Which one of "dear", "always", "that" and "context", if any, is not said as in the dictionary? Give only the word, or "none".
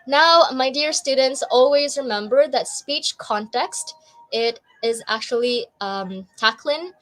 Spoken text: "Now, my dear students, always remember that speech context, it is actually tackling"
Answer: none